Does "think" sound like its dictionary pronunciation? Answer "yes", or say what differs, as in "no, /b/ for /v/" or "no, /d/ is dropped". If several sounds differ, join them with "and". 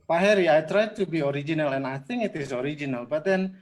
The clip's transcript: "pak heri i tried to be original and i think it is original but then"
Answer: no, /k/ is dropped